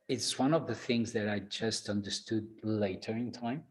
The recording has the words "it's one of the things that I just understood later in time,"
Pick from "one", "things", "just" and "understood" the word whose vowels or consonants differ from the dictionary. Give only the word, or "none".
none